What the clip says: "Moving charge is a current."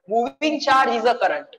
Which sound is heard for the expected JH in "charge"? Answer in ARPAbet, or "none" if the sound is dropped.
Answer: none